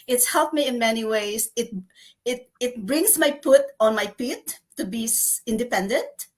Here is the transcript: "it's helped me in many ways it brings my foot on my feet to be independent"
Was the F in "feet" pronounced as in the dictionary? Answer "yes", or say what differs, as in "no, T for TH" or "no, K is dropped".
no, P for F